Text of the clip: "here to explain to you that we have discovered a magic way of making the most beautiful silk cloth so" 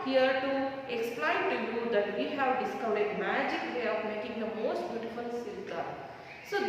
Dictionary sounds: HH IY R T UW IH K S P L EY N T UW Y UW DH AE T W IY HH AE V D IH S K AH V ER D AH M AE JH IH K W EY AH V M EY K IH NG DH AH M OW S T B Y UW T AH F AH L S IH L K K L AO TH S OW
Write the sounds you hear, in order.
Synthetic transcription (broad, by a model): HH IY R T UW IH K S P L EY N T UW Y UW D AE T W IY HH AE V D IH S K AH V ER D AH M AE JH IH K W EY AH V M EY K IH NG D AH M OW S T B Y UW T AH F AH L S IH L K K AH S OW